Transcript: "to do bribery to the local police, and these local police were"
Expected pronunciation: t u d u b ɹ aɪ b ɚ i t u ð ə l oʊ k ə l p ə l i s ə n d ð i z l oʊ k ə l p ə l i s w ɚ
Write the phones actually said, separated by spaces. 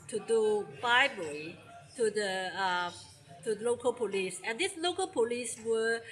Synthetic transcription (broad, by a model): t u d u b aɪ b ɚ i t u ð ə l oʊ k ə l p ə l i s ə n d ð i s l oʊ k ə l p ə l i s w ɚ